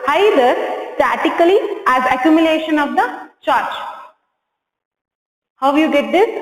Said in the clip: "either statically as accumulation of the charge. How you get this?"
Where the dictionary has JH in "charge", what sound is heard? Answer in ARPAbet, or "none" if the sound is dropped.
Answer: CH